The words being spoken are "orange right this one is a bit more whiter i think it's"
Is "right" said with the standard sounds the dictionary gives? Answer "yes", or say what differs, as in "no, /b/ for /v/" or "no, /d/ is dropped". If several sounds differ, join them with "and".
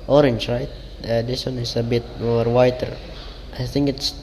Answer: yes